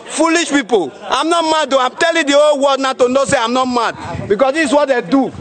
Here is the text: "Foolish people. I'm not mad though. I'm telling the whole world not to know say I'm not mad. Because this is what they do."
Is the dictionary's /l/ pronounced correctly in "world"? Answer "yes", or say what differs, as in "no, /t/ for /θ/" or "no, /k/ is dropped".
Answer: no, /l/ is dropped